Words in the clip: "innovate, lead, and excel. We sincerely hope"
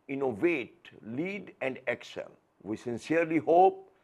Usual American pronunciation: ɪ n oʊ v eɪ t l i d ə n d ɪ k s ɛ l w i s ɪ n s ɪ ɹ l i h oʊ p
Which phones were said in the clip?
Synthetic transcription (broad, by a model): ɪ n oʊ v eɪ t l i d ə n d ɪ k s ɛ l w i s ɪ n s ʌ ɹ l i h oʊ p